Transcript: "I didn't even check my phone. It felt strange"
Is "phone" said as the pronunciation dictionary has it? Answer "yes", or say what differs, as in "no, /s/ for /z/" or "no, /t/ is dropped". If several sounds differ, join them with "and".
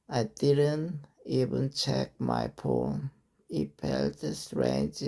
no, /p/ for /f/